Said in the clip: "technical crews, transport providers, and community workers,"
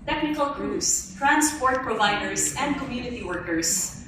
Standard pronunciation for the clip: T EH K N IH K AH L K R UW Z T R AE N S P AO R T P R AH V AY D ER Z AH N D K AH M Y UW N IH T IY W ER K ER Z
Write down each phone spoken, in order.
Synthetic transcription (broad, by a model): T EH K N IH K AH L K R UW S T R AE N S P AO R T P R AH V AY D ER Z AH N D K AH M Y UW N IH T IY W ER K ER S